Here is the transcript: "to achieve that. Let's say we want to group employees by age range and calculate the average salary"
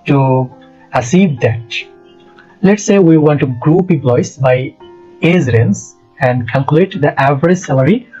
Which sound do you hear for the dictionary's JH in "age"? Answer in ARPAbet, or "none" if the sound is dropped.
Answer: Z